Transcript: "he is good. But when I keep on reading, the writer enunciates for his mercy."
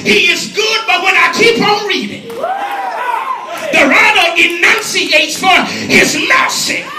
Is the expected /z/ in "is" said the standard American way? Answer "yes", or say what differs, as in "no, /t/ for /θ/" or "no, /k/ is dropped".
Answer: yes